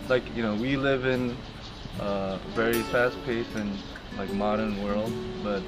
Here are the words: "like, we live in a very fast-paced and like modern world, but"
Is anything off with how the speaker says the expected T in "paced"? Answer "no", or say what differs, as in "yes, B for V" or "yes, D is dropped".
yes, T is dropped